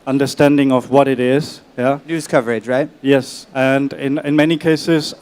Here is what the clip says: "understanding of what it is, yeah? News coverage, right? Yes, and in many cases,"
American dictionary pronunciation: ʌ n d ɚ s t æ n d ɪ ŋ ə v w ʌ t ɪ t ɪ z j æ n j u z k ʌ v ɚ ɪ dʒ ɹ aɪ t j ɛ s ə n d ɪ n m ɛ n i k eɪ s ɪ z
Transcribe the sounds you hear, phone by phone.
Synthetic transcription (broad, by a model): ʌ n d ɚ s t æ n d ɪ ŋ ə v w ʌ t ɪ t ɪ z j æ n j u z k ʌ v ɚ ɪ dʒ ɹ aɪ t j ɛ s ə n d ɪ n m ɛ n i k eɪ s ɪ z